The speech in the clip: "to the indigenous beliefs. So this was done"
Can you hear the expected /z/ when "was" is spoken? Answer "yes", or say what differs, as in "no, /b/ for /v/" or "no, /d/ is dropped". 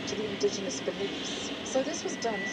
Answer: yes